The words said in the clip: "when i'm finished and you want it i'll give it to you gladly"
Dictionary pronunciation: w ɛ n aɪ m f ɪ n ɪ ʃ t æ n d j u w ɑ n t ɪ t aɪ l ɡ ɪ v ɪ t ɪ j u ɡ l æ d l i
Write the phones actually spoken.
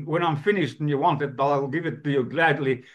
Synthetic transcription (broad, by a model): w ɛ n aɪ m f ɪ n ɪ ʃ t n j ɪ w ɑ n t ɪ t aɪ l ɡ ɪ v ɪ t ɪ j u ɡ l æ d l i